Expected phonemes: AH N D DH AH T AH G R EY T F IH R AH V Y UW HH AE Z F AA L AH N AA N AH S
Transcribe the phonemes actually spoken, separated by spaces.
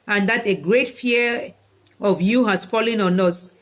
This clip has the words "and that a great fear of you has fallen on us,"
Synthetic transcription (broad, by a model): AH N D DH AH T AH G R EY T F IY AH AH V Y UW HH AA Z F AA L AH N AA N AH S